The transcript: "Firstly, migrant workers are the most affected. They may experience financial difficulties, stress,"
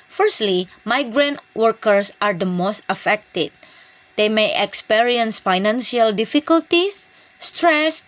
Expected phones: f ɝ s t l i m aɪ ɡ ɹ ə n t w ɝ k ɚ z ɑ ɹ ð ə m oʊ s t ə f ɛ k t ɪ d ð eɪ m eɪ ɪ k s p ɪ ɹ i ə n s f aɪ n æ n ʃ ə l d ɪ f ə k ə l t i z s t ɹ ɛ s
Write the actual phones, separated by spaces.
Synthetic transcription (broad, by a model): f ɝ s t l i m aɪ ɡ ɹ ə n t w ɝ k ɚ s ɑ ɹ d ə m oʊ s t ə f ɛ k t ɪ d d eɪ m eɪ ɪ k s p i ɹ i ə n s f aɪ n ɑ n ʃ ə l d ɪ f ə k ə l t i s t ɹ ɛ s